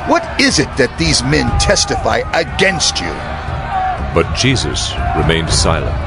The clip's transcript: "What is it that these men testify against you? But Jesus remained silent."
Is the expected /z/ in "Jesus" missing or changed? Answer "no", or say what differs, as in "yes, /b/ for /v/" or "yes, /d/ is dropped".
no